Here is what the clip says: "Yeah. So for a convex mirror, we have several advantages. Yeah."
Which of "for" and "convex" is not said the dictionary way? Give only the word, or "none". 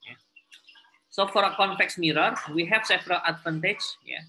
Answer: convex